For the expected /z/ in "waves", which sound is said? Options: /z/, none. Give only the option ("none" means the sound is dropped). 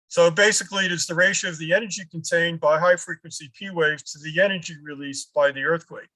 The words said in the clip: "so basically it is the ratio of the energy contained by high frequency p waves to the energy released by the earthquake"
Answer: none